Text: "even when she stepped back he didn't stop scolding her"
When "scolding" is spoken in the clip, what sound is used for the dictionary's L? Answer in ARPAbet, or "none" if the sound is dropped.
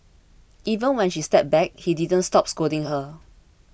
none